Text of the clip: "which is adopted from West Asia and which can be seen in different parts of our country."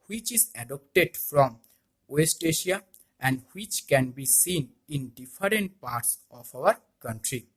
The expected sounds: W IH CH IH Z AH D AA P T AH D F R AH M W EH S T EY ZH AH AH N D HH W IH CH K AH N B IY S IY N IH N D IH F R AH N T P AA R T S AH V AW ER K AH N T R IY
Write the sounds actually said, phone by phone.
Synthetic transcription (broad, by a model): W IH CH IH Z AH D AA P T AH D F R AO M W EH S T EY SH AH AH N D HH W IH CH K AH N B IY S IY N IH N D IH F R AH N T P AA R T S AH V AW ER K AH N T R IY